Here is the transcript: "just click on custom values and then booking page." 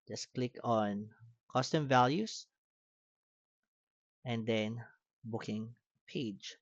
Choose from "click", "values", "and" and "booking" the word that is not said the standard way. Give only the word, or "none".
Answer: values